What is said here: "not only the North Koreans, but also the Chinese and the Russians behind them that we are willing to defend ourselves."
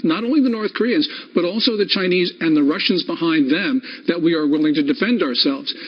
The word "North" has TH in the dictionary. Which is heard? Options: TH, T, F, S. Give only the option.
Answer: TH